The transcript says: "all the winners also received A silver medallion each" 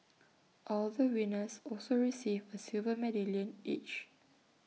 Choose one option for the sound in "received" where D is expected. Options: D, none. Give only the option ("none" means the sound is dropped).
none